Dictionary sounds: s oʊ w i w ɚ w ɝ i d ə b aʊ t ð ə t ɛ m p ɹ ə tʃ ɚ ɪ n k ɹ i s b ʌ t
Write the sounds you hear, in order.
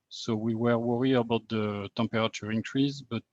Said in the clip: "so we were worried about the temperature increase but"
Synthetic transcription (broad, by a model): s oʊ w i w ɚ w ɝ i ə b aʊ t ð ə t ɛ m p ɹ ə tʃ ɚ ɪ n k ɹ i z b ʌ t